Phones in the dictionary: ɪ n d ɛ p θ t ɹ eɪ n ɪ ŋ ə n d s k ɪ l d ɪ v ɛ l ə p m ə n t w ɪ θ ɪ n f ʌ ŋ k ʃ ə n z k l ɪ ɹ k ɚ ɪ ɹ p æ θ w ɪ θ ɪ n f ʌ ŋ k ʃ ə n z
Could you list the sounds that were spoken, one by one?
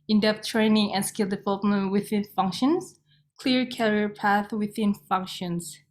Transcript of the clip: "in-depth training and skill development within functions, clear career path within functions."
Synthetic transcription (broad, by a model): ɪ n d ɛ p t ɹ eɪ n ɪ ŋ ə n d s k ɪ l d ɪ v ɛ l ə p m ə n t w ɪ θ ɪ n f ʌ ŋ k ʃ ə n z k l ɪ ɹ k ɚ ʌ ɹ p æ θ w ɪ θ ɪ n f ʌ ŋ k ʃ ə n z